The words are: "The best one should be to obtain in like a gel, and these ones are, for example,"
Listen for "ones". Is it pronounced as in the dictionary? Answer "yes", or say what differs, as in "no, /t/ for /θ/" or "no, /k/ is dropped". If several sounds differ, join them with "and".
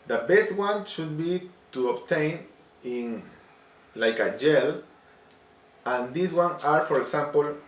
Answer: no, /z/ is dropped